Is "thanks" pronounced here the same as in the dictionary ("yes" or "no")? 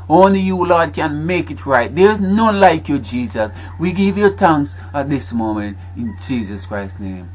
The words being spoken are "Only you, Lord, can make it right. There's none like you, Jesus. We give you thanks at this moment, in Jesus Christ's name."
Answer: no